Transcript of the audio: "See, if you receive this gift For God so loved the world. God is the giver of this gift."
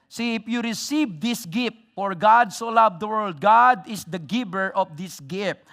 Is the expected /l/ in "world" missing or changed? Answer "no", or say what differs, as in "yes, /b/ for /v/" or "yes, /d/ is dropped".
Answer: no